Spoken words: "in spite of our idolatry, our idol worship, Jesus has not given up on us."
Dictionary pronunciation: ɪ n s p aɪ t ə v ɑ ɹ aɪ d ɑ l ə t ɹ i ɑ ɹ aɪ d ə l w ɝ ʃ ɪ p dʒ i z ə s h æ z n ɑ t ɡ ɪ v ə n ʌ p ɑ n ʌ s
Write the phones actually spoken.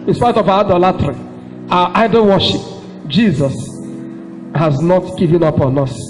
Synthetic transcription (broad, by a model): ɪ n s p aɪ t ə v ɑ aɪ d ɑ l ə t ɹ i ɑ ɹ aɪ d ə n w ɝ ʃ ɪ p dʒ i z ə s h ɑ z n ɑ t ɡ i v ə n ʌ p ɑ n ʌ s